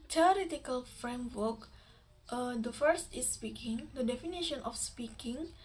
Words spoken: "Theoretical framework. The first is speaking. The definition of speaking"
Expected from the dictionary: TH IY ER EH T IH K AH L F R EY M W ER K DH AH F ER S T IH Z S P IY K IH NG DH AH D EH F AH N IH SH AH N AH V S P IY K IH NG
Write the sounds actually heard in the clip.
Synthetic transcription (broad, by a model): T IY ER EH T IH K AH L F R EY M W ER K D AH F ER S T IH S P IY K IH NG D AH D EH F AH N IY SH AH N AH F S P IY K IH NG